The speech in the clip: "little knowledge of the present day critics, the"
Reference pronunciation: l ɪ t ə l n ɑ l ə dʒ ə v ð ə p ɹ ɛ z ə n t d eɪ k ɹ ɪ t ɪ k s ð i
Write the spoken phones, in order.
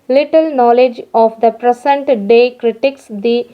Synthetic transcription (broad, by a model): l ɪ t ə l n ɑ l ə dʒ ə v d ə p ɹ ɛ s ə n t d eɪ k ɹ ɪ t ɪ k s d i